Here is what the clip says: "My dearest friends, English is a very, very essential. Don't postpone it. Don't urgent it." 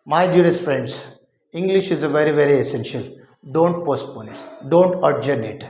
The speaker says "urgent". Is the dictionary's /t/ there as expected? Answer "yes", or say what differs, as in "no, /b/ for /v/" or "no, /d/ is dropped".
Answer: no, /t/ is dropped